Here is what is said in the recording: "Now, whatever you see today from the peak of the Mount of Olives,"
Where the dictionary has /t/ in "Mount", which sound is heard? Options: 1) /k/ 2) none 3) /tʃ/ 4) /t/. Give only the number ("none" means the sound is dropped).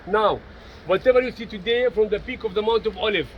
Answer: 4